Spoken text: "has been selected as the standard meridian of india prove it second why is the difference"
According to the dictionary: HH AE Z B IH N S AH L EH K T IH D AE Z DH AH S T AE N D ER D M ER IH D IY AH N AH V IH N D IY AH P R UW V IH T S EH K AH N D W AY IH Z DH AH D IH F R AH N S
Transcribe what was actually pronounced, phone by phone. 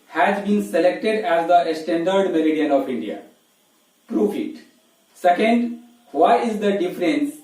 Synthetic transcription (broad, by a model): HH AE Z B IH N S AH L EH K T IH D AE Z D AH S T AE N D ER D M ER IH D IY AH N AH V IH N D IY AH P R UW F IH T S EH K AH N D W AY IH Z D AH D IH F R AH N S